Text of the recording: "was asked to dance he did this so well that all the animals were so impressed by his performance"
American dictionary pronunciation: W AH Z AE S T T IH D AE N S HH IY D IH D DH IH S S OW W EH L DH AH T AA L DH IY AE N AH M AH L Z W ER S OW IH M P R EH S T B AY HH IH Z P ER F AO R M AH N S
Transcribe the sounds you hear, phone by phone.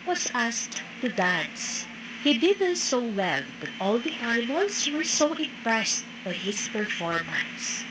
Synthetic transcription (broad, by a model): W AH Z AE S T T IH D AE N S HH IY D IH D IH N S OW W EH L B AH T AA L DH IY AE AH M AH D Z W ER S OW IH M P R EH S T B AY HH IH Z P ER F AO R M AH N S